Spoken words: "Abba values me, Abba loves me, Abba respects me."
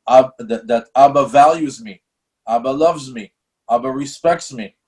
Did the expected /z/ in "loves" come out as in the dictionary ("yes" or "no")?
yes